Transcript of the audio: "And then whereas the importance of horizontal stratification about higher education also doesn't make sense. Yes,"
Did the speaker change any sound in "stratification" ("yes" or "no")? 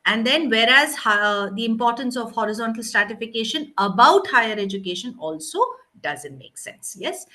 no